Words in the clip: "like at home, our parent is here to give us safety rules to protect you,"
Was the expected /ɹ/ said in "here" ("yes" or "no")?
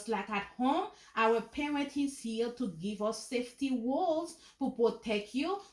no